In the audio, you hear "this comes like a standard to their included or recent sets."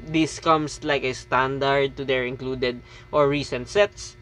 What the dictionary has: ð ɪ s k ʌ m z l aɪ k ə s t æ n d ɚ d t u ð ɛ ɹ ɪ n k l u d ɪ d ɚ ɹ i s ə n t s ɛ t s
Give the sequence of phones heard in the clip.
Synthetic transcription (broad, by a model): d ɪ s k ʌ m s l aɪ k ə s t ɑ n d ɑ d t u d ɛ ɹ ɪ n k l u d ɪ d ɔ ɹ i s ə n t s ɛ t s